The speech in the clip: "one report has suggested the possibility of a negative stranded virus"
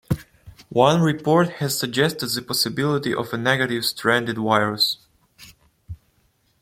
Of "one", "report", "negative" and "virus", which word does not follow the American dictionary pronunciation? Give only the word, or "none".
virus